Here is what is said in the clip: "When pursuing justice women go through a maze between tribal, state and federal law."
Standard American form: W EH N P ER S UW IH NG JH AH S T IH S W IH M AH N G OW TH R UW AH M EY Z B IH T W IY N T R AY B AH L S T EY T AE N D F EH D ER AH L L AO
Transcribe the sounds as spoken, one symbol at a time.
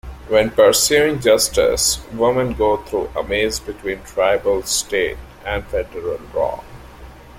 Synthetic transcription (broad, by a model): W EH N P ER S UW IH NG JH AH S T IH S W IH M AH N G OW T R UW AH M EY Z B IH T W IY N T R AY B AH L S T EY T AE N D F EH D ER AH L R AO